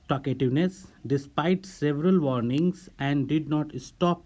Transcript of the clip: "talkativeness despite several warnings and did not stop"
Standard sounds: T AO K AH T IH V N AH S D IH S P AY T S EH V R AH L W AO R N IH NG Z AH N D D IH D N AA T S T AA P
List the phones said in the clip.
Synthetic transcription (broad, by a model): T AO K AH T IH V N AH S D IH S P AY T S EH V R AH L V AO R N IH NG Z AH N D D IH D N AA T S T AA P